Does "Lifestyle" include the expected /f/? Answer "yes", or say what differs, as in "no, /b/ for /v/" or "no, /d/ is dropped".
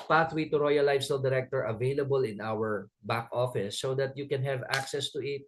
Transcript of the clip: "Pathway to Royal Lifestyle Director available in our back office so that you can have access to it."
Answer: no, /f/ is dropped